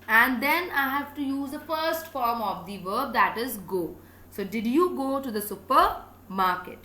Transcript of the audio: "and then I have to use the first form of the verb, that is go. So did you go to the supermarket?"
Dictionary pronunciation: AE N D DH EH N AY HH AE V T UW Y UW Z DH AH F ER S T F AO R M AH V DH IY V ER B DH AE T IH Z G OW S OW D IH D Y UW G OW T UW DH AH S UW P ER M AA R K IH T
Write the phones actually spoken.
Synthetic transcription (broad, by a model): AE N D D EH N AY HH AE V T UW Y UW Z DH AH F ER S T F AO R M AH V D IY V ER B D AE T IH Z G OW S OW D IH D Y UW G OW T UW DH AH S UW P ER M AA R K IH T